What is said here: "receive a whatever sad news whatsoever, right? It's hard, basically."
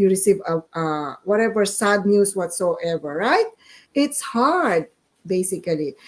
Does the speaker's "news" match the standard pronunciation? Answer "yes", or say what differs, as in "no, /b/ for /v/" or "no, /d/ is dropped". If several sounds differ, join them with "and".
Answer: no, /s/ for /z/